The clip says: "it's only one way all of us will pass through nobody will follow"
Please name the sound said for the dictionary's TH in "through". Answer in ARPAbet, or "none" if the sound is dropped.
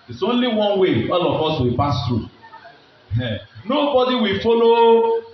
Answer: T